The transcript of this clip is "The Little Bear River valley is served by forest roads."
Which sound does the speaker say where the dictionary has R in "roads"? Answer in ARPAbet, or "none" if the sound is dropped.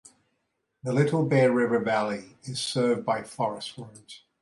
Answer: W